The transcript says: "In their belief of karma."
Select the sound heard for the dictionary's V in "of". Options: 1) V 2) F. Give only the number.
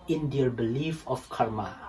2